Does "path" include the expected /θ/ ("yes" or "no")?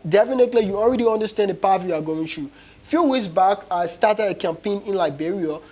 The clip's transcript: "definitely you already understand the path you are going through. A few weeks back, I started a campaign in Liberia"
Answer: no